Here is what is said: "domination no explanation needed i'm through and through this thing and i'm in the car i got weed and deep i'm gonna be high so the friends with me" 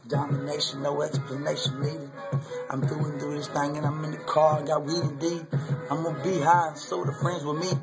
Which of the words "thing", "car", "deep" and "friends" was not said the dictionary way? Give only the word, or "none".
deep